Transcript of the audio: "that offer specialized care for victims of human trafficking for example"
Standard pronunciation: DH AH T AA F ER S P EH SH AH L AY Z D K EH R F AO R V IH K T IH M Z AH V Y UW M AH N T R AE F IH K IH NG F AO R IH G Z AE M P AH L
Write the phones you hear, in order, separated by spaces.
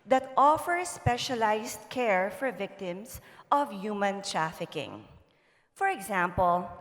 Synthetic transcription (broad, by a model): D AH T AA F ER S P EH SH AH L AY S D K EH R F AO R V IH K T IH M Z AH V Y UW M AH N T R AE F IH K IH NG F AO R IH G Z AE M P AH L